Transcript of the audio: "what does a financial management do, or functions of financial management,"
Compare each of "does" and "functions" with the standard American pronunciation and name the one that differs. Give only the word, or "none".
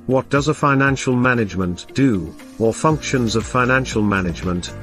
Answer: none